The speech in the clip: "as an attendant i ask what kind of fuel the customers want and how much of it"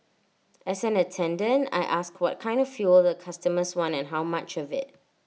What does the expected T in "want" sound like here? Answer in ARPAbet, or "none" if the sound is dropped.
none